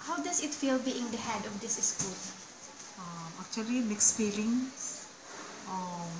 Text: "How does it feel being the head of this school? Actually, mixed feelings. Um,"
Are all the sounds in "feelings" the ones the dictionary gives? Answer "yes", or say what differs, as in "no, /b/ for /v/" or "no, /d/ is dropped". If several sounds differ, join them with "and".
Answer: no, /s/ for /z/